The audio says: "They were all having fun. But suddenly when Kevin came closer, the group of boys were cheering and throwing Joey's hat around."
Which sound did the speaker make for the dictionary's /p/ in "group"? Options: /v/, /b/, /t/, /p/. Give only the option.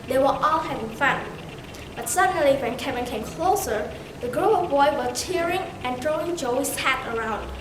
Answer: /b/